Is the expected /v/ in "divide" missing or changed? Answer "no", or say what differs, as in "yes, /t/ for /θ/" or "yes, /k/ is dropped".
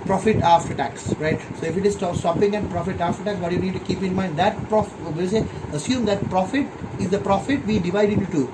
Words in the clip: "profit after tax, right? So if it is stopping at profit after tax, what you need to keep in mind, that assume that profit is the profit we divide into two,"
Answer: no